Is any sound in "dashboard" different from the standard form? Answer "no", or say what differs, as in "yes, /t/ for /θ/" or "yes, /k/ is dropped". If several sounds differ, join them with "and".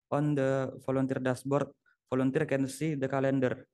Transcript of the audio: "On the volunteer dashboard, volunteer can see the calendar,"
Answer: yes, /s/ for /ʃ/